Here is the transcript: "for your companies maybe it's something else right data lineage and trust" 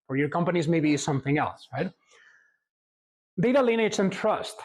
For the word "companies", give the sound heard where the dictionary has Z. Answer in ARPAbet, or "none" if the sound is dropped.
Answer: Z